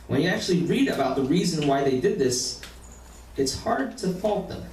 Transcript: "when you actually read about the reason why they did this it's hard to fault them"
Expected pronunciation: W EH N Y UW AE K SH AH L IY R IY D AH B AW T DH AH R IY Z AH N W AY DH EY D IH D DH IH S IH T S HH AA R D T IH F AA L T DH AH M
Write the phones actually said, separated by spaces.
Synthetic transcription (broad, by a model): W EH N Y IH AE K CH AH L IY R IY D AH B AW T DH AH R IY Z AH N W AY DH EY D IH D DH IH S IH T S HH AA R D T IH F AA L T DH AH M